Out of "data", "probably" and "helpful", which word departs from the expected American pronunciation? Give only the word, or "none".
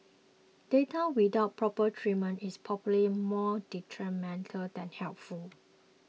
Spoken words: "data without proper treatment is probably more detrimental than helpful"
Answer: probably